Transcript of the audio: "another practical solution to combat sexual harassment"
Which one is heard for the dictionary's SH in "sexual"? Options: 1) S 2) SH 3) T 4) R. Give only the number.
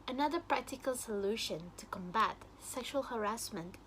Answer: 2